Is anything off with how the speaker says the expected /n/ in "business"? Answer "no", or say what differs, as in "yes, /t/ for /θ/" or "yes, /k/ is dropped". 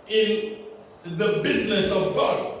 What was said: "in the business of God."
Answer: no